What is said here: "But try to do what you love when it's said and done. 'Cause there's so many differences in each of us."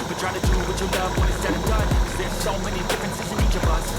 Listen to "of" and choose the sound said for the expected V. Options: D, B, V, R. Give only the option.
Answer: B